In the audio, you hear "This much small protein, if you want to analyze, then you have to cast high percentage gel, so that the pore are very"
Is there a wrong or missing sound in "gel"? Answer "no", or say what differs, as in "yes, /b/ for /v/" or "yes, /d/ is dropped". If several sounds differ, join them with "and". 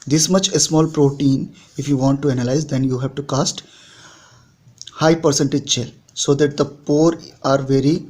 yes, /tʃ/ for /dʒ/